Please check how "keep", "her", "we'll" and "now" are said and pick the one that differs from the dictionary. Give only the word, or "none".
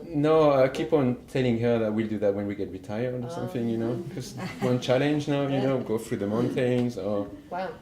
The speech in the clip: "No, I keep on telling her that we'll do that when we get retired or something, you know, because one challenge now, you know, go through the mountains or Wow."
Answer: none